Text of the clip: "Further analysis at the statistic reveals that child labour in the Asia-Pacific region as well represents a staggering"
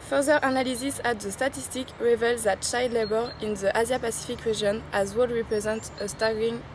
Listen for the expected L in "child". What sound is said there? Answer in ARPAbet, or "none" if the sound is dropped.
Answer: none